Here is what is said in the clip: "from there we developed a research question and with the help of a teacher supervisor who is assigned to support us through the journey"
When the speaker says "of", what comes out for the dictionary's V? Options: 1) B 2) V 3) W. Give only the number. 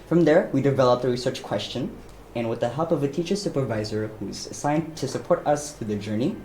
2